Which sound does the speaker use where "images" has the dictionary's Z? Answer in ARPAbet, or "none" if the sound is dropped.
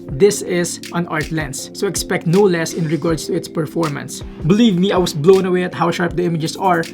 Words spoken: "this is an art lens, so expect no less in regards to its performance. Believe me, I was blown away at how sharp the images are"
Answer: S